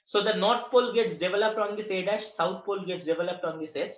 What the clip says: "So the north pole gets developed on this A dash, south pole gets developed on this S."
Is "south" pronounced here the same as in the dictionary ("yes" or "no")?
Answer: no